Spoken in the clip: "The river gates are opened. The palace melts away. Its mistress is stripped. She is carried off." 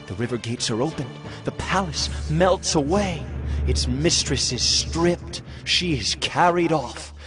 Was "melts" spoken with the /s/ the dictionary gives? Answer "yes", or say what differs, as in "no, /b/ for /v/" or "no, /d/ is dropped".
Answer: yes